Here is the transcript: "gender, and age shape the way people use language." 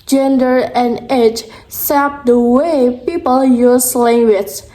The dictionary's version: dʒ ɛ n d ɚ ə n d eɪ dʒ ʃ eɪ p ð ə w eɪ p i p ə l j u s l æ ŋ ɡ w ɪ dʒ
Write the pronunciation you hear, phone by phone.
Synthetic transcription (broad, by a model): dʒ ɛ n d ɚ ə n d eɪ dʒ s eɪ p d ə w eɪ p i p ə l j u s l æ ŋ ɡ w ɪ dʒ